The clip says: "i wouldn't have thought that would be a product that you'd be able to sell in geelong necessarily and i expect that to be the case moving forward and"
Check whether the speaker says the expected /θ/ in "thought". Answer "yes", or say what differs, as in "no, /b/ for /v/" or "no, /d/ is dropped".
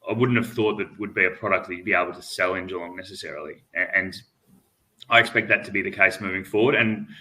yes